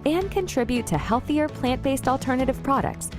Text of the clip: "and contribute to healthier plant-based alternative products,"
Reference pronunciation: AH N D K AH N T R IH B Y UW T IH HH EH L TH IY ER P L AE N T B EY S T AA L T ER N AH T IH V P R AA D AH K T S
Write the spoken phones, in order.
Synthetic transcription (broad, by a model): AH N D K AH N T R IH B Y UW T IH HH EH L TH IY ER P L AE N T B EY S T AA L T ER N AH T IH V P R AA D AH K T S